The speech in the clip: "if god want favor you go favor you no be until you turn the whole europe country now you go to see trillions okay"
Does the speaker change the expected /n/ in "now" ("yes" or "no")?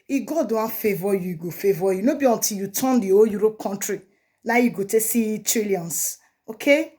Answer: yes